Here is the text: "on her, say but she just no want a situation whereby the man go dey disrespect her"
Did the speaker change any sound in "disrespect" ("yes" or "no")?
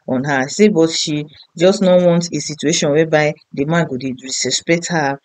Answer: yes